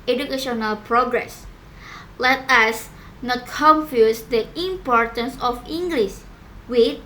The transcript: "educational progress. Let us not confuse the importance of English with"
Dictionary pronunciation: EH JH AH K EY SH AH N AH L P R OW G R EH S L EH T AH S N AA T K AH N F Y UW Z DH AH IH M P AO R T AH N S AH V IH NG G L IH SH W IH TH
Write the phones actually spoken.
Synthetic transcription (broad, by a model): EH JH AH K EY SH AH N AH L P R OW G R EH S L EH T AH S N AA T K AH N F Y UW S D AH IH M P AO R T AH N S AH F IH NG G L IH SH W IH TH